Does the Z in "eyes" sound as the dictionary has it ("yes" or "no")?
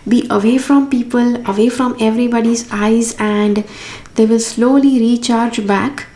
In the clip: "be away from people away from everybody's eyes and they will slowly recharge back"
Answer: yes